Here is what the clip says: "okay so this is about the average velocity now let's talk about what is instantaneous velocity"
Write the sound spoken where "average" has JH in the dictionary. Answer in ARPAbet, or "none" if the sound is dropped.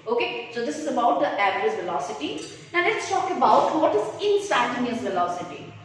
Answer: Z